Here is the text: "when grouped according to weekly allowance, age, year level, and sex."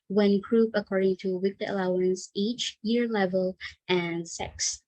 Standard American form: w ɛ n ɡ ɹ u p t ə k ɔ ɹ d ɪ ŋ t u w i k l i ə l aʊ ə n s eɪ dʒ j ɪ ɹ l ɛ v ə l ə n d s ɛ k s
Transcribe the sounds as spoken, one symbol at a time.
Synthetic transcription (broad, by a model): w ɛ n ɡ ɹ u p ə k ɔ ɹ d ɪ ŋ t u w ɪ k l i ə l aʊ ə n s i tʃ j ɪ ɹ l ɛ v ə l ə n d s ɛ k s